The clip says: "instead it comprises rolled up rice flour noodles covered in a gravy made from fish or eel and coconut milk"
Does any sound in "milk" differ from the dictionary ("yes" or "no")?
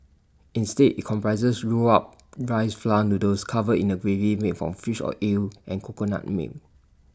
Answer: yes